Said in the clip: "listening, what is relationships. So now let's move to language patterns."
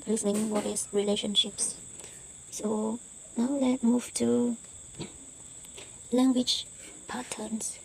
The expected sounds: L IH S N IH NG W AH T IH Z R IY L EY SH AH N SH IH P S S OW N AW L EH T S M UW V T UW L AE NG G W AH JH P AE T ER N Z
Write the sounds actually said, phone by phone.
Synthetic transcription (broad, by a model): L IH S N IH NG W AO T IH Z R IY L EY SH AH N SH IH P S S OW N AW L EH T M UW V T UW L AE NG G W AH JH P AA T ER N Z